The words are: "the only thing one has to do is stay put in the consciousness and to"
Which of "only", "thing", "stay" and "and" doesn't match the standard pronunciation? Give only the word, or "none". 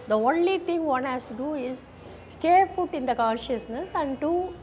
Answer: thing